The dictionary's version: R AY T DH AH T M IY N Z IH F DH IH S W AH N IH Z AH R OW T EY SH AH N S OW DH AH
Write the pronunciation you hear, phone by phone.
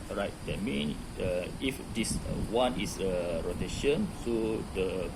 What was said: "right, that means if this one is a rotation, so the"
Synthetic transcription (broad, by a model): R AY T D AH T M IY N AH IH F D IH S W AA N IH S AH R OW T EY SH AH N S OW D AH